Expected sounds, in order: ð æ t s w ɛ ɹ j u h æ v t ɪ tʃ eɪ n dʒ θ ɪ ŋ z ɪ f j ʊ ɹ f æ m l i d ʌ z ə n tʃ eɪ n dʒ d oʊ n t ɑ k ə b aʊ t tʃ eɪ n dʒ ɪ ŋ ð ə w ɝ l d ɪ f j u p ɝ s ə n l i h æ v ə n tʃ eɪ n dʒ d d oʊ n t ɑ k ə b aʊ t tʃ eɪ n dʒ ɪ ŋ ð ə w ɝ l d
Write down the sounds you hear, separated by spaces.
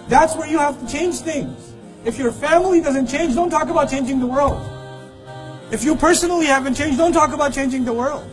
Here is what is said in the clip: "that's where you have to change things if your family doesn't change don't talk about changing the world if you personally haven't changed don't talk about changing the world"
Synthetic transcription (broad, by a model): ð æ t s w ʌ ɹ j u h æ f t ɪ tʃ eɪ n dʒ θ ɪ ŋ z ɪ f j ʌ ɹ f æ m l i d ʌ z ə n tʃ eɪ n dʒ d oʊ n t ɑ k ə b aʊ t tʃ eɪ n dʒ ɪ ŋ ð ə w ɝ l d ɪ f j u p ɝ s ə n l i h æ v ə n tʃ eɪ n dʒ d d oʊ n t ɑ k ə b aʊ t tʃ eɪ n dʒ ɪ ŋ ð ə w ɝ l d